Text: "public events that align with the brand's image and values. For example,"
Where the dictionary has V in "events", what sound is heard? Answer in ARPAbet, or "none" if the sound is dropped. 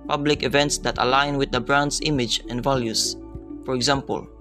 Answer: V